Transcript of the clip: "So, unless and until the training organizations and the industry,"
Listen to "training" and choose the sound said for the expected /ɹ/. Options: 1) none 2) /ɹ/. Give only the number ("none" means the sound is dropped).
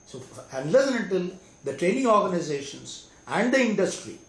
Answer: 2